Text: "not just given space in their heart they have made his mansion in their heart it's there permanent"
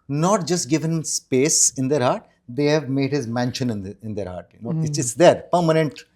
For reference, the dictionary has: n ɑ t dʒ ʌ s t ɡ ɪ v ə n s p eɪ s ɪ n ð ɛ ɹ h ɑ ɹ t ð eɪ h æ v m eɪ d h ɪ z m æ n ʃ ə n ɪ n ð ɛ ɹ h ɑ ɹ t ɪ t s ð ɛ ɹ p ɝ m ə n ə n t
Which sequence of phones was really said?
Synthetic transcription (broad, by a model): n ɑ t dʒ ʌ s t ɡ ɪ v ə n s p eɪ s ɪ n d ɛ ɹ h ɑ ɹ t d eɪ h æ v m eɪ d h ɪ z m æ n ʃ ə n ɪ n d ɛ ɹ h ɑ ɹ t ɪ s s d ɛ ɹ p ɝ m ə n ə n t